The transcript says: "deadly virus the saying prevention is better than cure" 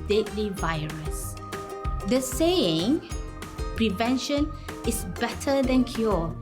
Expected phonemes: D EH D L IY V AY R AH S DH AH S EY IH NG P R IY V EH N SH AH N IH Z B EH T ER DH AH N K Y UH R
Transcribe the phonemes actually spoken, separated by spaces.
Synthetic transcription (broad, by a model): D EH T L IY V AY R AH S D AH S EY IH NG P R IY V EH N SH AH N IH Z B EH T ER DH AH N K Y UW